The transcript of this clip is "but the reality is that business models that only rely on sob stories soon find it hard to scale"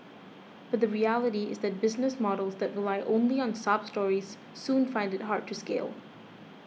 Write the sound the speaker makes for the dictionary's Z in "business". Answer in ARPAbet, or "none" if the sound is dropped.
Z